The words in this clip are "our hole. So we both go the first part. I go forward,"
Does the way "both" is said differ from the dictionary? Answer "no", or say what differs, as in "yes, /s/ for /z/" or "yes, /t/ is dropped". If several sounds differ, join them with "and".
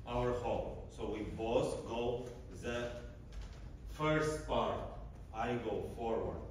yes, /s/ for /θ/